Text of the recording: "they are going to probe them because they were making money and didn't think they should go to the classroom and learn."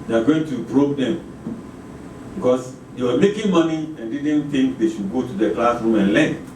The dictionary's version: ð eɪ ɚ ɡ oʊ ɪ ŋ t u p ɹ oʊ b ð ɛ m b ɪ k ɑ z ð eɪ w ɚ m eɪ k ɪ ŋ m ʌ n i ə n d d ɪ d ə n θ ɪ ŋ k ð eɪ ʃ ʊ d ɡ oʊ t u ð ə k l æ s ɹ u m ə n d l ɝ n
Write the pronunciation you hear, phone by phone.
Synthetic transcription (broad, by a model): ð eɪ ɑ ɡ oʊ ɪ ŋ t u b ɹ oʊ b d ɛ m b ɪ k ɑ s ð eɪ w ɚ m eɪ k ɪ ŋ m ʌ n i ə n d d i d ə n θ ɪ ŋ k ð eɪ ʃ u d ɡ oʊ t u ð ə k l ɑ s ɹ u m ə n l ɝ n